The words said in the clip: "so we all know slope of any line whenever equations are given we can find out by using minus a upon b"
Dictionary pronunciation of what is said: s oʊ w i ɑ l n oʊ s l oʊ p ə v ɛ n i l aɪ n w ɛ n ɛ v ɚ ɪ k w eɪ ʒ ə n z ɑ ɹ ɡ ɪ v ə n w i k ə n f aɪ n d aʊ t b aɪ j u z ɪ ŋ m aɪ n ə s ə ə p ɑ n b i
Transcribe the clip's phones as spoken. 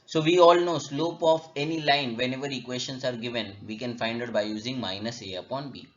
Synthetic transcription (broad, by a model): s oʊ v i ɑ l n oʊ s l oʊ p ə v ɛ n i l aɪ n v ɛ n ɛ v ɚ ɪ k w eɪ ʃ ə n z ɑ ɹ ɡ ɪ v ə n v i k ə n f aɪ n d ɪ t b aɪ j u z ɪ ŋ m aɪ n ə s ə ə p ɑ n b i